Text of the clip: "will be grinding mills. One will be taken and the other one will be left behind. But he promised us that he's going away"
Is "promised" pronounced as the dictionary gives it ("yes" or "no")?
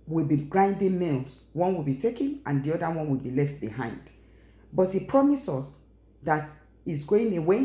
no